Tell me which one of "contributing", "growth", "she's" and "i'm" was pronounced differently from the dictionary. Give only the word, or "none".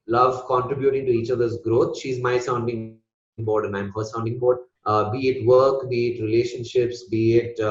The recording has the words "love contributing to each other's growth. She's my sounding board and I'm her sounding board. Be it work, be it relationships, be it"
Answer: growth